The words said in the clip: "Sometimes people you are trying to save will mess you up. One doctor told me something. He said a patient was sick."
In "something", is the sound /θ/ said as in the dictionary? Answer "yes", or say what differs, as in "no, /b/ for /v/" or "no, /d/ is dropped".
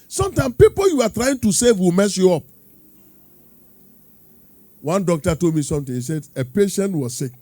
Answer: no, /t/ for /θ/